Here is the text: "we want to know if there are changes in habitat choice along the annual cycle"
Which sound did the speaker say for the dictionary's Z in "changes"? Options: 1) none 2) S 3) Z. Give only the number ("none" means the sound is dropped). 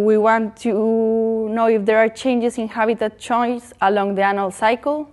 2